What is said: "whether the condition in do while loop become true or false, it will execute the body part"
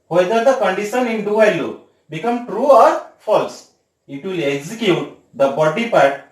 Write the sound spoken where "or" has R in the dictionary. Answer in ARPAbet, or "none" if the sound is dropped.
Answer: R